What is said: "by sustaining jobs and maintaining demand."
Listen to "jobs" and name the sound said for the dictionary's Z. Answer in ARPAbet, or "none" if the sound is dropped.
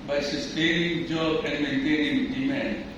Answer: none